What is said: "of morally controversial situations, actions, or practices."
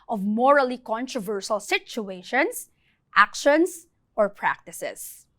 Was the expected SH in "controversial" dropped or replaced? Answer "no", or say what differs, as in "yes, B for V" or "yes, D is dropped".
yes, S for SH